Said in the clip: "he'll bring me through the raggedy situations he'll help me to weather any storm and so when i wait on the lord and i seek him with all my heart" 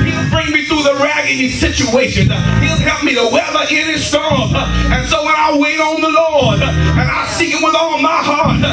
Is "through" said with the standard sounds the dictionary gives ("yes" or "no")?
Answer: yes